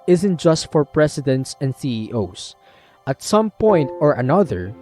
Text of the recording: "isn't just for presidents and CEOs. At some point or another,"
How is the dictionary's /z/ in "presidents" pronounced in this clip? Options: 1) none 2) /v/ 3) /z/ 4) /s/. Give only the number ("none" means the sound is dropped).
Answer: 4